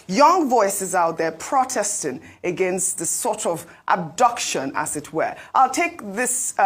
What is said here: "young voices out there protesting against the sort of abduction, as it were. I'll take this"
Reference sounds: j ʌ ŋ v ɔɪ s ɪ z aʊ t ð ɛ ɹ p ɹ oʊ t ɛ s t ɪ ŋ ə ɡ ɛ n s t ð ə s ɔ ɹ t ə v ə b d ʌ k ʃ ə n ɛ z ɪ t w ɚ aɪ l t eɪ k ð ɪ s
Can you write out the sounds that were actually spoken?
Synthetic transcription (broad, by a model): j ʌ ŋ v ɔɪ s ɪ z aʊ t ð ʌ ɹ p ɹ oʊ t ɛ s t ɪ ŋ ə ɡ ɛ n s t ð ə s ɔ ɹ t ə v ə b d ʌ k ʃ ə n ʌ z ɪ t w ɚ aɪ l t eɪ k ð ɪ s